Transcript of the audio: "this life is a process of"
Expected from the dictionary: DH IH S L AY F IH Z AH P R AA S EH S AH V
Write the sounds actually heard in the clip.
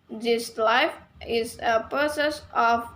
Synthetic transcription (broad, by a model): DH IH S L AY F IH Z AH P AA S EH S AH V